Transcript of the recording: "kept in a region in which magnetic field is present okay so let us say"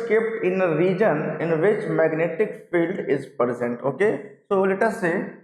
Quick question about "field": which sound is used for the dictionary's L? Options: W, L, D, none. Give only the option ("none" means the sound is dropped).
L